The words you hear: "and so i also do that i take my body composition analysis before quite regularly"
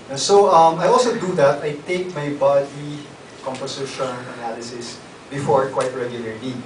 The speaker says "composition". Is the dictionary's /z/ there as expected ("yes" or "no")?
no